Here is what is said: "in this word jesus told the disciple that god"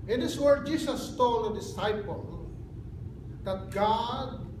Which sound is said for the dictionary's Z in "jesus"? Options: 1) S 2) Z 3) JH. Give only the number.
1